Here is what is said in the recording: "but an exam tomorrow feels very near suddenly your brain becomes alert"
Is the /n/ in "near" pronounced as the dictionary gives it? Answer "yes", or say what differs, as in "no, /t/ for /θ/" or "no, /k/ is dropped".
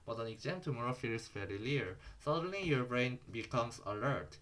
no, /l/ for /n/